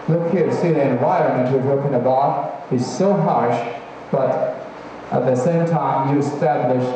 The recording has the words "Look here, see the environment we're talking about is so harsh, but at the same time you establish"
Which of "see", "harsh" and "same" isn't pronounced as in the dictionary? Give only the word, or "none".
none